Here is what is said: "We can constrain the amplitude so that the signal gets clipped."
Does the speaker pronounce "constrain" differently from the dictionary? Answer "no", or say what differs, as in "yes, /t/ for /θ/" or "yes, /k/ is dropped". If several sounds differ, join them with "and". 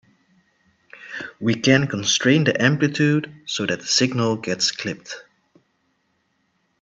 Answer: no